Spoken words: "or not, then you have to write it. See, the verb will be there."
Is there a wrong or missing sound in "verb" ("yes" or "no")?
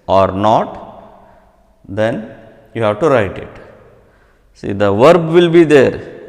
no